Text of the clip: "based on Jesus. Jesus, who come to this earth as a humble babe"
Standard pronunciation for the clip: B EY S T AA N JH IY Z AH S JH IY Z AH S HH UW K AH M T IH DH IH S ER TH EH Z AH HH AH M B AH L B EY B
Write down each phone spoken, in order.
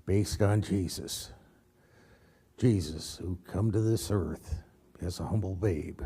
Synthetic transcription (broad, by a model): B EY S T N JH IY Z AH S JH IY Z AH S HH UW K AH M T IH DH IH S ER TH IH Z AH HH AH M B L B EY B